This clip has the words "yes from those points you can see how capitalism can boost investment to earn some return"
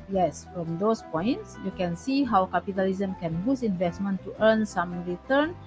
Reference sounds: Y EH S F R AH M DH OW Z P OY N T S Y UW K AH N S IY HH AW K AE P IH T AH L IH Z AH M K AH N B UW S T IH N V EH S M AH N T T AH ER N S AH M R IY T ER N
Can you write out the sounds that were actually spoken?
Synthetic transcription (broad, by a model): Y EH S F R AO M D OW S P OY N T S Y UW K AH N S IY HH AW K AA P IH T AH L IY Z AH M K AH N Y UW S IH N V EH S M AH N T T AH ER N S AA M R IY T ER N